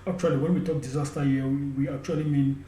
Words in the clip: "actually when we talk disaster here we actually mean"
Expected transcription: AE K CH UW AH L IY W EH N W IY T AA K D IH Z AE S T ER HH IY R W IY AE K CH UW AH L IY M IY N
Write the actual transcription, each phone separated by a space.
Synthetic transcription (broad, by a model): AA K CH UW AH L IY W EH N W IY T AA K D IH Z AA S T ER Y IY W W IY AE K CH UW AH L IY M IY N